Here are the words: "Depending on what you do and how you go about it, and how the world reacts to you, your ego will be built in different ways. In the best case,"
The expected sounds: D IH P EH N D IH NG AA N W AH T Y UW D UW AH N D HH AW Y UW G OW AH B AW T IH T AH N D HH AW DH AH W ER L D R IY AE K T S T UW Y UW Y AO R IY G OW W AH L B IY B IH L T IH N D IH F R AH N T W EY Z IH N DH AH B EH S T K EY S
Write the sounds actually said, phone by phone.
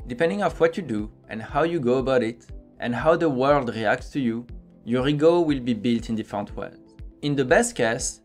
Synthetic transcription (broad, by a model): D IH P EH N D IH NG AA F W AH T Y UW D UW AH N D HH AW Y UW G OW AH B AW T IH T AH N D HH AW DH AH W ER L D R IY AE K T S T UW Y UW Y AO R IY G OW W AH L B IY B IH L T IH N D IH F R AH N T W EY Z IH N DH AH B EH S T K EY S